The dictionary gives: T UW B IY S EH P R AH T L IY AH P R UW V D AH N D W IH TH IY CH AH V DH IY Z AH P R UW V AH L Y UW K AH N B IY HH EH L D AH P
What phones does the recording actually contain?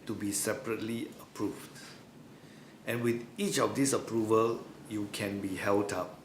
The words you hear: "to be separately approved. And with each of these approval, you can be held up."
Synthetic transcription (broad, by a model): T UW B IY S EH P R AH T L IY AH P R UW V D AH N W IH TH IY CH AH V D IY S AH P R UW V AH L Y UW K AH N B IY HH EH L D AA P